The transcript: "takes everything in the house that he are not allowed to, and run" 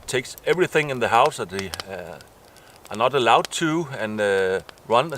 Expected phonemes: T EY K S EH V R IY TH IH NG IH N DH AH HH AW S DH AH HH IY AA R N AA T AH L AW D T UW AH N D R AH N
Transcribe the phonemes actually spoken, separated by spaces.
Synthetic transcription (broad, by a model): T EY K S EH V R IY TH IH NG IH N DH AH HH AW S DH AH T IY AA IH N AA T AH L AW D T UW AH N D R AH N